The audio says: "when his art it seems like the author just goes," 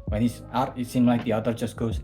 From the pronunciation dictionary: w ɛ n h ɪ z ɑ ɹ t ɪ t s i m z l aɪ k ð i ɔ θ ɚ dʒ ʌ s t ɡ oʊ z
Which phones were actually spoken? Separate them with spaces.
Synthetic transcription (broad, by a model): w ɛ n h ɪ s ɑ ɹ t ɪ t s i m l aɪ k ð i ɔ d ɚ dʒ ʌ s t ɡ oʊ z